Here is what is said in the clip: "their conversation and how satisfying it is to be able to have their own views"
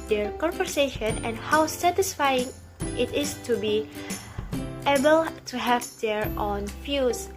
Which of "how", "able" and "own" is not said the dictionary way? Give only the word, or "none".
none